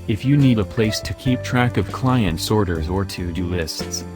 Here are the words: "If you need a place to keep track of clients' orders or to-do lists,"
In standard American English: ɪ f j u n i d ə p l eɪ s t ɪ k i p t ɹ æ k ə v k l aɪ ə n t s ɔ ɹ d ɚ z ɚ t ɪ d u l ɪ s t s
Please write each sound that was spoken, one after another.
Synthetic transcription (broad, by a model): ɪ f j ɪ n i d ə p l eɪ s t ɪ k i p t ɹ æ k ə v k l aɪ ə n t s ɔ ɹ d ɚ z ɚ t ɪ d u l ɪ s t s